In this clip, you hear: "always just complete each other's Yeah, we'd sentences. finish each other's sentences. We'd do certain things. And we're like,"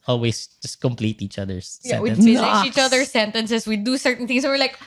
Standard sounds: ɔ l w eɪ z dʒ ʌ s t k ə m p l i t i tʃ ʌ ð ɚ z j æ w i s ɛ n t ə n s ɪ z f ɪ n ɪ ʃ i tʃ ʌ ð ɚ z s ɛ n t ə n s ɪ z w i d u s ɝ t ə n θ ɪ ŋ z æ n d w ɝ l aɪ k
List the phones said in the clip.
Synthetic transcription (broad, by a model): ɔ l w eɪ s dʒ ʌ s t k ə m p l i t i tʃ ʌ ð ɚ s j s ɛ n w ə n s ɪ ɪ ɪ i tʃ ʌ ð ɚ s ɛ n t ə n s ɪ s w i d u s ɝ t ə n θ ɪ ŋ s w ɝ l aɪ k